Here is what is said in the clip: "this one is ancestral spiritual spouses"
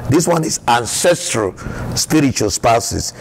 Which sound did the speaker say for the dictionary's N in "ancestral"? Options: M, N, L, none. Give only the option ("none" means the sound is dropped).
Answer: N